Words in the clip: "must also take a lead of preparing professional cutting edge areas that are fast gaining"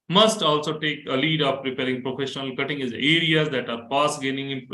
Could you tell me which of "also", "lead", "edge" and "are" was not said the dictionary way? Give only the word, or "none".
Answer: edge